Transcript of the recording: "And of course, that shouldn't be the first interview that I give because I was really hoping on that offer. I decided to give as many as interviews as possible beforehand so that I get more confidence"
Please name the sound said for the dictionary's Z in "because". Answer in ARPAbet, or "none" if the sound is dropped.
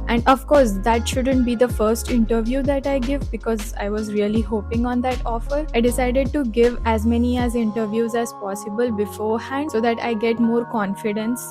Z